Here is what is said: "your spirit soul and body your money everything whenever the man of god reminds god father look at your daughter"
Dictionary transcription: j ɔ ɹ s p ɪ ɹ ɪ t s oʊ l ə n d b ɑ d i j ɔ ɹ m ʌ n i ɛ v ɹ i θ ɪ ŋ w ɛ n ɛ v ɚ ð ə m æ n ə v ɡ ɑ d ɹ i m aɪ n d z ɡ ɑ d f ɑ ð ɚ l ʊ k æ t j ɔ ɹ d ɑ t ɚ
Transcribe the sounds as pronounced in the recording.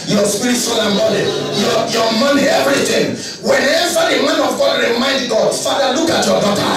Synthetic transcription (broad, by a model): j ɔ s p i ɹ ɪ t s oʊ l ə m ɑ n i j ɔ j m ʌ n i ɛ v ɹ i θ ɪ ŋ w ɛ n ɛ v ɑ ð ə m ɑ n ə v ɡ ɑ d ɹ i m aɪ n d ɡ ɑ d f ɑ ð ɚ l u k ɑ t j ɔ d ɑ t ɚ